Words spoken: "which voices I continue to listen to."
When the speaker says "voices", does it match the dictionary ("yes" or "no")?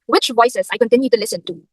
no